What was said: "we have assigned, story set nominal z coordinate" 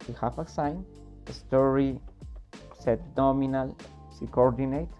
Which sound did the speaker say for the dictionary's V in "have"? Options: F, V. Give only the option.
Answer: F